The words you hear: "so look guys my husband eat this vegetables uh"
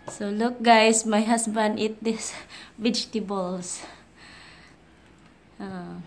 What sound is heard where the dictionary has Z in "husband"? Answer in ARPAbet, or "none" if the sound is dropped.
S